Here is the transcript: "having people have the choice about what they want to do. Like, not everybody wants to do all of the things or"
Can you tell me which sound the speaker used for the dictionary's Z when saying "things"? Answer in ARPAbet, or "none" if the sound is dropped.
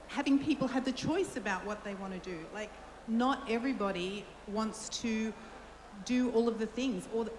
Z